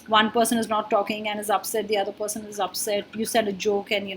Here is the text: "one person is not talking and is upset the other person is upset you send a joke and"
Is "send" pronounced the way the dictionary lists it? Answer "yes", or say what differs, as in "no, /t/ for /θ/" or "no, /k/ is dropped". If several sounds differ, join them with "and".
no, /n/ is dropped